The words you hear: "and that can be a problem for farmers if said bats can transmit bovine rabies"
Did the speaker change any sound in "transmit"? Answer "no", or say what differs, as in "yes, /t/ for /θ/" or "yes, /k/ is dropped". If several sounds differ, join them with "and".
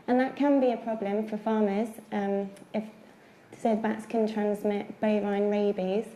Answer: no